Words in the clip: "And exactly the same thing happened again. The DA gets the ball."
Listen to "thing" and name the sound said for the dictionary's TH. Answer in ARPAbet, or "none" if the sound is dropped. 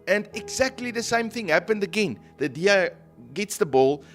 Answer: TH